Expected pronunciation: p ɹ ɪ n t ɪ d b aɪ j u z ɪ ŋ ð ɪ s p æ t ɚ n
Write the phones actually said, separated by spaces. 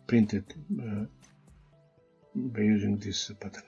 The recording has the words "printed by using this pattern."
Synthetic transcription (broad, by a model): p ɹ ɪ n t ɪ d b aɪ j u z ɪ ŋ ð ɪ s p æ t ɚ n